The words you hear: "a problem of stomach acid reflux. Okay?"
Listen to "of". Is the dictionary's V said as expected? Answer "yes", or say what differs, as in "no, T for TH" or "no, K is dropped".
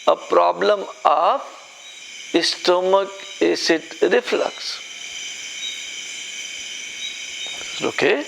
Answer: no, P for V